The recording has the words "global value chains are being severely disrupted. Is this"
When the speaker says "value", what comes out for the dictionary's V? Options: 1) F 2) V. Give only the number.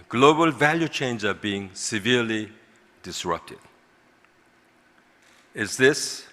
2